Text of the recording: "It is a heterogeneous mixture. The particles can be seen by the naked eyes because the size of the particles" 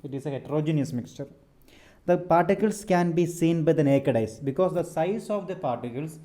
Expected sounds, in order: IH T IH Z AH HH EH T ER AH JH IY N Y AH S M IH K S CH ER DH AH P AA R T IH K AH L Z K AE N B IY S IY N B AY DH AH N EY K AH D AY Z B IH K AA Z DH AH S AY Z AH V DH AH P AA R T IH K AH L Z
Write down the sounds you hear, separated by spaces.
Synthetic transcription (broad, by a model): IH T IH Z AH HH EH T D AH JH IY N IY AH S M IH K S CH ER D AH P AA R T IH K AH L S K AE N B IY S IY N B AY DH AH N EY K AH D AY S B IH K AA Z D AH S AY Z AH V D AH P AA R T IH K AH L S